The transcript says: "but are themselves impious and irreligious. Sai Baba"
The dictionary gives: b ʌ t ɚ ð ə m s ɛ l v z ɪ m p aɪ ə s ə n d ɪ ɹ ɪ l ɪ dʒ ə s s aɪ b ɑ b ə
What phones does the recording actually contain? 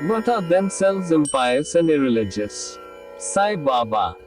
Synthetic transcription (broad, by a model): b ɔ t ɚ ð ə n s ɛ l z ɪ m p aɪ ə s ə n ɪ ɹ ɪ l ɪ dʒ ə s s aɪ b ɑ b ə